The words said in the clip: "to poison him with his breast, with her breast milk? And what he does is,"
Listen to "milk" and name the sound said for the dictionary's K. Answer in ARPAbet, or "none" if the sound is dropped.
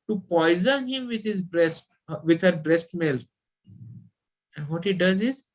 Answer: none